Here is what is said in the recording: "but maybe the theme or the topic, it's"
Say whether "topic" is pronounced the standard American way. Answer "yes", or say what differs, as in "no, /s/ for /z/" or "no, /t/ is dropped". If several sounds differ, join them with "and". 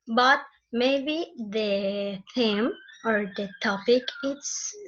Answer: yes